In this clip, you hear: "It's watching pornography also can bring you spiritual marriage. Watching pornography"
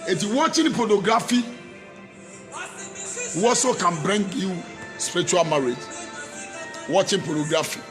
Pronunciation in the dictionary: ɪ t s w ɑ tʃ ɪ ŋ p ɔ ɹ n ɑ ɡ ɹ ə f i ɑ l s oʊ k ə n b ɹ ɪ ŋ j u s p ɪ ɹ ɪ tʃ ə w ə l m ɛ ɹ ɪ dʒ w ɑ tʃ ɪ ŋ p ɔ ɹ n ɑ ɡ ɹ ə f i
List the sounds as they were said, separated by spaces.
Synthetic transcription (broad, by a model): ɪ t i w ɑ tʃ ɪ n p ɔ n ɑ ɡ ɹ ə f i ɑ s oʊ k ə n b ɹ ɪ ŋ j u s p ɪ ɹ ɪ tʃ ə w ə l m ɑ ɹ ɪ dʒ w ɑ tʃ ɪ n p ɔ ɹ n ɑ ɡ ɹ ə f i